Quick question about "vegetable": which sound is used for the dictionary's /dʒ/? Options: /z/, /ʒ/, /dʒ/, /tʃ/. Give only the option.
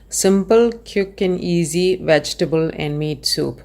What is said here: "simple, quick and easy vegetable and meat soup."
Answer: /dʒ/